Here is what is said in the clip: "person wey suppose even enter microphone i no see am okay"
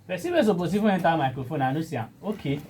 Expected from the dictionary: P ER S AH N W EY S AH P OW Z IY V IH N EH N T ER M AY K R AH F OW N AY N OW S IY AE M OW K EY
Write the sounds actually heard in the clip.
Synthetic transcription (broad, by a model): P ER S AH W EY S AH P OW S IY F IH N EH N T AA M AY K R AH F OW N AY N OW S IY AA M OW K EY